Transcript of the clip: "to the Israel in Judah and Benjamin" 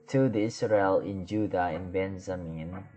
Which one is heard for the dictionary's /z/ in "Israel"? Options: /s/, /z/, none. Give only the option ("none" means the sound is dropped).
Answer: /s/